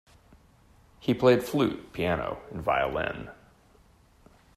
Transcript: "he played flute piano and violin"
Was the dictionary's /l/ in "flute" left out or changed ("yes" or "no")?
no